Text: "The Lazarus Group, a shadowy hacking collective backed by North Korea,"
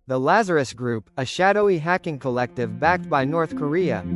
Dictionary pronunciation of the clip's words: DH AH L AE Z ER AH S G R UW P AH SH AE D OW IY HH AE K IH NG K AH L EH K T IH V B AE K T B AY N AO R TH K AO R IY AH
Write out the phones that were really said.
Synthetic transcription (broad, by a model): DH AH L AE Z ER AH S G R UW P AH SH AE D OW IY HH AE K IH NG K AH L EH K T IH V B AE K T B AY N AO R TH K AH R IY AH